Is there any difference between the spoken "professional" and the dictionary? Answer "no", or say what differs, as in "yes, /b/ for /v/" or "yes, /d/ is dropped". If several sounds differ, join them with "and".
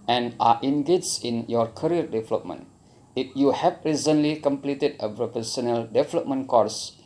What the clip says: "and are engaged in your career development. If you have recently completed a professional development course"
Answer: yes, /p/ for /f/ and /s/ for /ʃ/